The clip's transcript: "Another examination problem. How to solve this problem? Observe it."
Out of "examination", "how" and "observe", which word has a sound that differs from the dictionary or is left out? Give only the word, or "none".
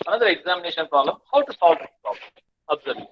observe